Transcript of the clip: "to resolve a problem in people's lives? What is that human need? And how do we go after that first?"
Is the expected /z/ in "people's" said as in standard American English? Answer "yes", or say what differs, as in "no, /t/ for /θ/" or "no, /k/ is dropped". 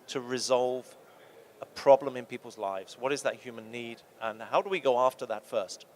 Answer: yes